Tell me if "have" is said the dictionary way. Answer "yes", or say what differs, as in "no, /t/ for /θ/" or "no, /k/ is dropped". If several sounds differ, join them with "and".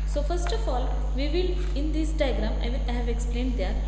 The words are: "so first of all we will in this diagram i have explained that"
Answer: yes